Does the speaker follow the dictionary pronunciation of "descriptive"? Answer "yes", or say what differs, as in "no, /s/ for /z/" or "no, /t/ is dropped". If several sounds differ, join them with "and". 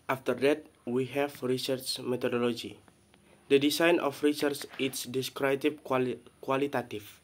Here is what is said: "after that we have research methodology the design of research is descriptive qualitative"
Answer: no, /p/ is dropped